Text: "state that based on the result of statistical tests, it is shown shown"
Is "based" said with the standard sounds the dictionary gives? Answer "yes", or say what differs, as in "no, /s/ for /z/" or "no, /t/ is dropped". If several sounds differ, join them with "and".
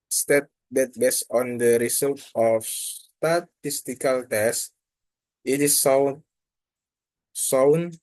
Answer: no, /t/ is dropped